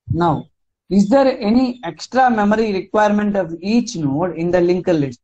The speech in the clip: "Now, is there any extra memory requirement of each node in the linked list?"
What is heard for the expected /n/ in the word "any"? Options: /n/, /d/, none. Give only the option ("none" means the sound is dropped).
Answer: /n/